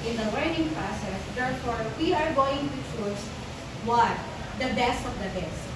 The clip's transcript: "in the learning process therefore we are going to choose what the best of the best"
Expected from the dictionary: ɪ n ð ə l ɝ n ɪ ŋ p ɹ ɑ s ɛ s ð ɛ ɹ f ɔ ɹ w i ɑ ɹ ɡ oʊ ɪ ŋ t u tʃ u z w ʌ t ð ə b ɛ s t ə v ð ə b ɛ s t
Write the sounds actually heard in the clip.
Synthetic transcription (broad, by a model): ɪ n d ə w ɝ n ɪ ŋ p ɹ ɑ s ɛ s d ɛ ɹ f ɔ ɹ w i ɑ ɹ ɡ oʊ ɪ ŋ t u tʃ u s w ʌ t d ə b ɛ s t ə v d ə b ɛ s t